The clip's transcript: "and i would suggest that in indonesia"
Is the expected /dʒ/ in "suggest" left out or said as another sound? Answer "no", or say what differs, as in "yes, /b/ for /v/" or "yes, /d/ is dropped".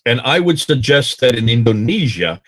no